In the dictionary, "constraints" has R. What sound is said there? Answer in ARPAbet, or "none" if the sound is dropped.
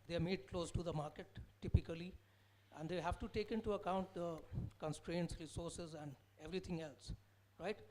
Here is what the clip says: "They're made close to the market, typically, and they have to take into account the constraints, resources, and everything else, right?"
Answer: R